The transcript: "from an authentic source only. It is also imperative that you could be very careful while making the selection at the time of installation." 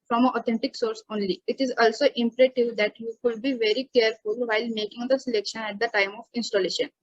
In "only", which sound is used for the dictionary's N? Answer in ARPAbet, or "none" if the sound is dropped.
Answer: N